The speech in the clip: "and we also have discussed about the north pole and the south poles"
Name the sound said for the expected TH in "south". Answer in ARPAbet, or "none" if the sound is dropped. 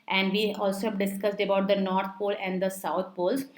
T